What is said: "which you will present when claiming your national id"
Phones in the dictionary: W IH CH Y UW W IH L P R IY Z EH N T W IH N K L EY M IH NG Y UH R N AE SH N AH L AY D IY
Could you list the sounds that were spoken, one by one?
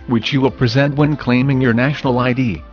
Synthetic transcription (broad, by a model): W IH CH Y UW W IH L P R IY Z EH N T W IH N K L EY M IH NG Y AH R N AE SH N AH L AY D IY